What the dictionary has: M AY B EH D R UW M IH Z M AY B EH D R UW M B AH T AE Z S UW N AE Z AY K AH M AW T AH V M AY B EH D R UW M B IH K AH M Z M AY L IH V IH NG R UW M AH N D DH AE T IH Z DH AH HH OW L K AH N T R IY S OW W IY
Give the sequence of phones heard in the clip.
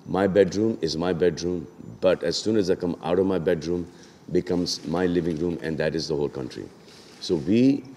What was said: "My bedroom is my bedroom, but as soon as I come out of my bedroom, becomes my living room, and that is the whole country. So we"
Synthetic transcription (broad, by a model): M AY B EH D R UW M IH Z M AY B EH D R UW M B AH T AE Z S UW N AE Z AY K AH M AW T AH V M AY B EH D R UW M B IH K AH M Z M AY L IH V IH NG R UW M AH N D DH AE T IH Z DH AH HH OW L K AH N T R IY S OW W IY